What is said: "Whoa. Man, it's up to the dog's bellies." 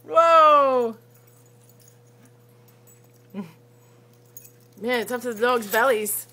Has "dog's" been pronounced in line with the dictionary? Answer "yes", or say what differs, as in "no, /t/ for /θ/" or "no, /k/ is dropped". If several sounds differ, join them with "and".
yes